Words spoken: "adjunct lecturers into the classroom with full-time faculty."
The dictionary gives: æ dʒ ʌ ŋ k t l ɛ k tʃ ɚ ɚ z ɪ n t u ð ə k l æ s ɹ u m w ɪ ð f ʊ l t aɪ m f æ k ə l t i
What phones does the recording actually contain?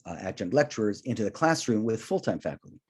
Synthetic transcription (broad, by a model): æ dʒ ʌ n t l ɛ k tʃ ɚ ɚ z ɪ n t u ð ə k l æ s ɹ u m w ɪ ð f ʊ l t aɪ m f æ k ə l t i